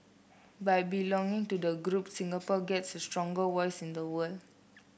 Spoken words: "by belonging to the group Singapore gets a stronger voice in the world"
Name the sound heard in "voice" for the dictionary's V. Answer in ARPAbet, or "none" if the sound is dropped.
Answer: W